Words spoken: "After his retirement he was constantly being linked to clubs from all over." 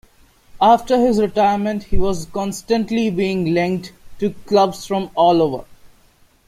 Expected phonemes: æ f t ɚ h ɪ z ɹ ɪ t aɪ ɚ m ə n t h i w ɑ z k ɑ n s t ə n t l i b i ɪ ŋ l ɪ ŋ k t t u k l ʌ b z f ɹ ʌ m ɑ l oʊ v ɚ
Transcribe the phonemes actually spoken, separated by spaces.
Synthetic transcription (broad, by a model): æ f t ɚ h ɪ z ɹ ɪ t aɪ ɚ m ə n t h i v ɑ z k ɑ n s t ə n t l i b i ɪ ŋ l ɪ ŋ k t t u k l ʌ b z f ɹ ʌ m ɑ l oʊ v ɚ